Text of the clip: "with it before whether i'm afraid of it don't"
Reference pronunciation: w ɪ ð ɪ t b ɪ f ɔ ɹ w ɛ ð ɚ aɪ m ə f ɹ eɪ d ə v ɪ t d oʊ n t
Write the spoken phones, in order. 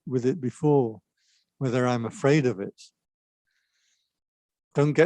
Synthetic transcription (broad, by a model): w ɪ ð ɪ t b ɪ f ɔ ɹ w ɛ ð ɚ aɪ m ə f ɹ eɪ d ə v ɪ t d oʊ n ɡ